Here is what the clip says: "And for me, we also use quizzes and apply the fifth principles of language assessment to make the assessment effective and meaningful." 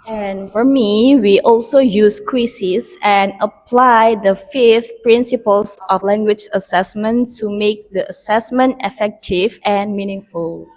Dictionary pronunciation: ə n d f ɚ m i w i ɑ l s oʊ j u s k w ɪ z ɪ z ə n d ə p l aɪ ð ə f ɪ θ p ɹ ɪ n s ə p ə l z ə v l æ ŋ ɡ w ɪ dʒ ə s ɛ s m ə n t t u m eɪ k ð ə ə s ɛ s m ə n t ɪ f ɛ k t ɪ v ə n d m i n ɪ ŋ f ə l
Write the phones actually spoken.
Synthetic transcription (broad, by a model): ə n f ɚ m i w i ɑ l s oʊ j u s k w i s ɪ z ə n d ə p l aɪ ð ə f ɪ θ p ɹ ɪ n s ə p ə l s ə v l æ ŋ ɡ w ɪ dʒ ə s ɛ s m ə n t s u m eɪ k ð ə ə s ɛ s m ə n t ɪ f ɛ k t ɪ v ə n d m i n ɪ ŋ f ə l